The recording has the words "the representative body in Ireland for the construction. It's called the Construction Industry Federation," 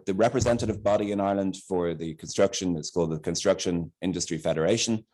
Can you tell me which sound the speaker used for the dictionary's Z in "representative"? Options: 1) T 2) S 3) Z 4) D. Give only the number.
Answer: 3